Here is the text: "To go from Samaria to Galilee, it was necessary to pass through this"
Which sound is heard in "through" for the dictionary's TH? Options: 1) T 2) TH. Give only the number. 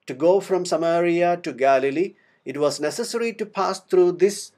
1